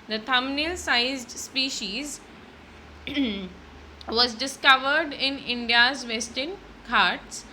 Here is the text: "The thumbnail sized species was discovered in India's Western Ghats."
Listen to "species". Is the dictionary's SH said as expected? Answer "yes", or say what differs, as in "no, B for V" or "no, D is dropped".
yes